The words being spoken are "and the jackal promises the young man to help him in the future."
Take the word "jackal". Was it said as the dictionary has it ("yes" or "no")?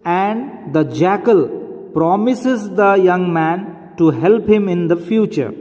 yes